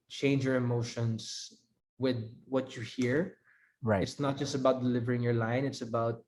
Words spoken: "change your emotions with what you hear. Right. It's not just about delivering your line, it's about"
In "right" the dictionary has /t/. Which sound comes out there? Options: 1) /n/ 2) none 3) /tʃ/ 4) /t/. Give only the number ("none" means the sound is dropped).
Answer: 2